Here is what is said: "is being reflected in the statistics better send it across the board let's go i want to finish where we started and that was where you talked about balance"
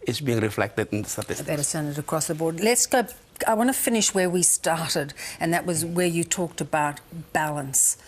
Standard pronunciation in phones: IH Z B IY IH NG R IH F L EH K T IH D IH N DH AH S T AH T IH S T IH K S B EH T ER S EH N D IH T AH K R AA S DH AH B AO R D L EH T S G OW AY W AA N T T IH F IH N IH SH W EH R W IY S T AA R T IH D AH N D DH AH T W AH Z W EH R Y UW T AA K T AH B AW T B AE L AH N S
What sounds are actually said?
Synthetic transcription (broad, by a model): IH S B IY IH NG R IH F L EH K T IH D IH N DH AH S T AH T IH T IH S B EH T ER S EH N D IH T AH K R AA S DH AH B AO R D L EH T S G OW AY W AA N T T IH F IH N IH SH W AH R W IY S T AA R T IH D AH N DH AH T W AH Z W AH R Y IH T AA K T AH B AW T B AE L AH N S